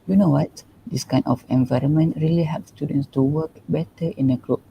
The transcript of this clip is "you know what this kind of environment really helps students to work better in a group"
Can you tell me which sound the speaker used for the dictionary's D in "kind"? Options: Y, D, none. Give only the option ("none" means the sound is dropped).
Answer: none